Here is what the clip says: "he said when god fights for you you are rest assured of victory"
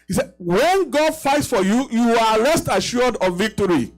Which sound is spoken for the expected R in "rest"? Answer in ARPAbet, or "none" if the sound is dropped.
L